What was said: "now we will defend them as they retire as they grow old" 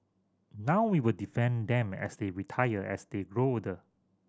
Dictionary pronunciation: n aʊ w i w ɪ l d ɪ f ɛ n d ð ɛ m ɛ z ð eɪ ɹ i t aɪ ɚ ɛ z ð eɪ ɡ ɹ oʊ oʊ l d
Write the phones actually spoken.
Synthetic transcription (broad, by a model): n aʊ w i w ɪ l d ɪ f ɛ n d ɛ m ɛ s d eɪ ɹ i t aɪ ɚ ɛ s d eɪ ɡ ɹ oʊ oʊ d